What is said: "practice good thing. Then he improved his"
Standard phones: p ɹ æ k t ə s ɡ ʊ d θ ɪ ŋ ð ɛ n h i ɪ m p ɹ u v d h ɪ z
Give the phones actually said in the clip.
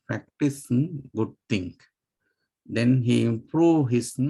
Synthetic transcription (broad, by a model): p ɹ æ k t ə s ɡ ʊ d t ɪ ŋ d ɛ n h i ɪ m p ɹ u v h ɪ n